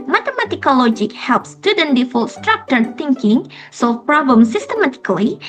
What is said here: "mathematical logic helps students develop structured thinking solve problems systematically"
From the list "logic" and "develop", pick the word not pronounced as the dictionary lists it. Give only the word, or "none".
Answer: develop